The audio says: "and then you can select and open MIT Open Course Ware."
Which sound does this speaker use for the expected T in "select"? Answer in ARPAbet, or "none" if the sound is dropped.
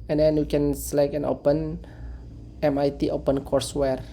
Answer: none